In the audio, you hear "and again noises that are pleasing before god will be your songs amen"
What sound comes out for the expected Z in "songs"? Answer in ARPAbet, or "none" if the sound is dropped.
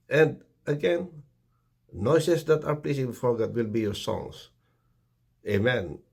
S